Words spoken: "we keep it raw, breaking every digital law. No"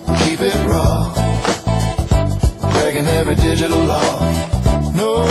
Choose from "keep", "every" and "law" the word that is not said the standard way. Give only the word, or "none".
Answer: every